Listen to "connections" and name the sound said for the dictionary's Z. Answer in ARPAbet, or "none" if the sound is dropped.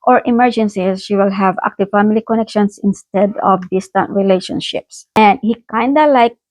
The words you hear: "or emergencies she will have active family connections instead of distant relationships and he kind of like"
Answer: S